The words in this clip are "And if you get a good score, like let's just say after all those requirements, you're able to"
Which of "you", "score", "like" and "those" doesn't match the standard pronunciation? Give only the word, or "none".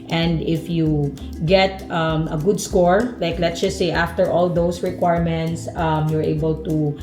those